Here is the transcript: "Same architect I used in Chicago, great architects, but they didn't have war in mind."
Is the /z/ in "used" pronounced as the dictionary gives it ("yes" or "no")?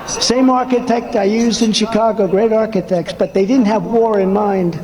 yes